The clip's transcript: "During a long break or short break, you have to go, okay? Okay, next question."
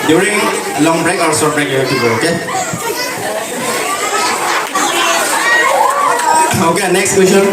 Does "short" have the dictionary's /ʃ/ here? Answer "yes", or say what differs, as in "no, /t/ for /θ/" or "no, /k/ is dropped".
no, /s/ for /ʃ/